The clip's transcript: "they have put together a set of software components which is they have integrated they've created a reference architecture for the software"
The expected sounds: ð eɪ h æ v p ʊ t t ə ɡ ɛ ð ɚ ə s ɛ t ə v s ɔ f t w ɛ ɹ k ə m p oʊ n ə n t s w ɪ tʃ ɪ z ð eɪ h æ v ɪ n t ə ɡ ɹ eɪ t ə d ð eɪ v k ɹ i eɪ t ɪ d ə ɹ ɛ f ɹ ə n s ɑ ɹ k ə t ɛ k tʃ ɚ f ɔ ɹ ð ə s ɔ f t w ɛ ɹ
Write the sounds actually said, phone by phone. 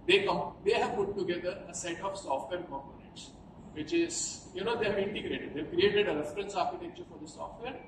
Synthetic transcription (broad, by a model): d eɪ h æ v p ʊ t t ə ɡ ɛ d ɚ ə s ɛ t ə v s ɔ f t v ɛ ɹ k ə m p oʊ n ə n t s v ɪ tʃ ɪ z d eɪ h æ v ɪ n t ə ɡ ɹ eɪ t ə d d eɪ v k ɹ i eɪ t ɪ d ə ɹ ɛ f ɹ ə n s ɑ ɹ k ə t ɛ k tʃ ɚ f ɔ ɹ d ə s ɔ f t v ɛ ɹ